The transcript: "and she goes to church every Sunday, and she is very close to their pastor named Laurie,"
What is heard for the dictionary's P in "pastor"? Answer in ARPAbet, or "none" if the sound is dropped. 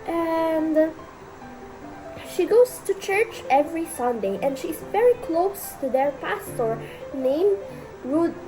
P